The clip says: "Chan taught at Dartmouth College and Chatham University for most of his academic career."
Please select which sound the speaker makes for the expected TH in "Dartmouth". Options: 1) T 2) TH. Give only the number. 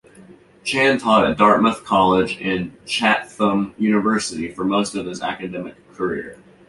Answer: 2